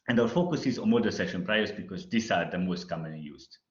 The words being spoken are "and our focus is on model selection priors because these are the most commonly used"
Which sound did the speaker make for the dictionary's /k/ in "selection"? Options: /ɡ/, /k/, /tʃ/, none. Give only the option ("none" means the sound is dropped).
none